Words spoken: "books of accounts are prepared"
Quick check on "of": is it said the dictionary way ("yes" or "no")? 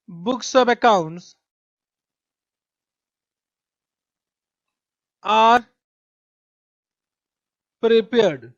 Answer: no